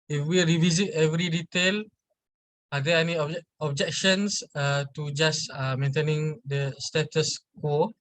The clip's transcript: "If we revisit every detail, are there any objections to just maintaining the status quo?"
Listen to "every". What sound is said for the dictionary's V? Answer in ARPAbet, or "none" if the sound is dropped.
V